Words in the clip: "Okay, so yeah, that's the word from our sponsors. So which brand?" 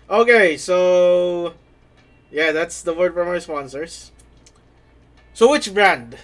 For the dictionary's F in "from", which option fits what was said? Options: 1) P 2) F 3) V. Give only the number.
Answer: 1